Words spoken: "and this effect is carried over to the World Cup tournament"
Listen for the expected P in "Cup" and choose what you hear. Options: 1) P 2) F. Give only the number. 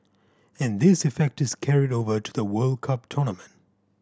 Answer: 1